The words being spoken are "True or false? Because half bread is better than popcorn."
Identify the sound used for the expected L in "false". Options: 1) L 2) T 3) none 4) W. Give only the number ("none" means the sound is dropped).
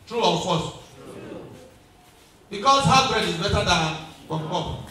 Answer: 3